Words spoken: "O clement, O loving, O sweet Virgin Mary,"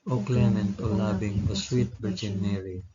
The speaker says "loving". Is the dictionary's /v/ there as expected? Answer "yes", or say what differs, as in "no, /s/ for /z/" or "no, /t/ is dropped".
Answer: no, /b/ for /v/